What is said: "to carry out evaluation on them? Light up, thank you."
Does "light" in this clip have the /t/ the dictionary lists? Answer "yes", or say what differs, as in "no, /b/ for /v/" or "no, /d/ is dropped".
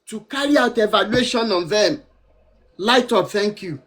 yes